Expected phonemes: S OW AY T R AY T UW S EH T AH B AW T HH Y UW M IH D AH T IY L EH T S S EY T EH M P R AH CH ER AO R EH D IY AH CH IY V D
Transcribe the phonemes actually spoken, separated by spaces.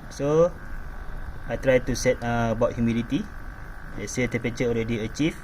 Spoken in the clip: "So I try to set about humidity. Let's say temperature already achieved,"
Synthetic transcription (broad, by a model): S OW AY T R AY T UW S EH T AH B AW T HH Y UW M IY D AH T IY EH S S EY T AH P AH CH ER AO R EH D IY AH CH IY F